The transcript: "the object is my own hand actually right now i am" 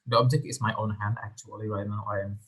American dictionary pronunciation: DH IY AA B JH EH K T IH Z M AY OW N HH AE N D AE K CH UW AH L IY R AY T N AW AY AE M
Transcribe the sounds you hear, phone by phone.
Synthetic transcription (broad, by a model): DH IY AA B JH EH K T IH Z M AY OW N HH AE N D AE K CH UW AH L IY W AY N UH AY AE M